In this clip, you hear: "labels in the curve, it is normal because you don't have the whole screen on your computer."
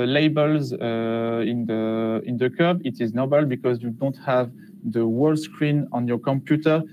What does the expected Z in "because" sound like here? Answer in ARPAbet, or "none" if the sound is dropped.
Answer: Z